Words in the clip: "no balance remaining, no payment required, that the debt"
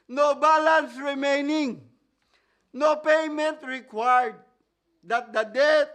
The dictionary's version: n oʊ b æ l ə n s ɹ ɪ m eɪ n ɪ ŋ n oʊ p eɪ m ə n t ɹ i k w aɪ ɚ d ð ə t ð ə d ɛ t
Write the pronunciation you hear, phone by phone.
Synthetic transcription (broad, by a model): n oʊ b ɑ l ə n s ɹ ɪ m eɪ n ɪ ŋ n oʊ p eɪ m ə n t ɹ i k w aɪ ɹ d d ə t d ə d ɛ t